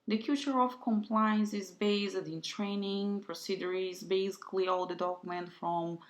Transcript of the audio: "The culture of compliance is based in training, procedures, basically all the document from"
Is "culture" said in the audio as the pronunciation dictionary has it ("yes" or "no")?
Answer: no